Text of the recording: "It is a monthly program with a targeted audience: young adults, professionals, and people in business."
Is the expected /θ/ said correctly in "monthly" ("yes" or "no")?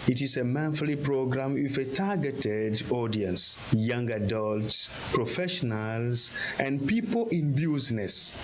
no